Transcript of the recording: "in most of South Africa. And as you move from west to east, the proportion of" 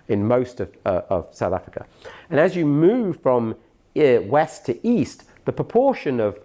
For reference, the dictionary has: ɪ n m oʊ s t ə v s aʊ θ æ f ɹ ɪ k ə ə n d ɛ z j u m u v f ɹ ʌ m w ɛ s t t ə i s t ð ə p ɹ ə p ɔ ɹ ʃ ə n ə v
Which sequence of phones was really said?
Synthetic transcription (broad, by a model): ɪ n m oʊ s t ə v s aʊ θ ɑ f ɹ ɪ k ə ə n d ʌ z j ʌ m u v f ɹ ʌ m w ɛ s t t i s ð ə p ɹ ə p ɔ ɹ ʃ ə n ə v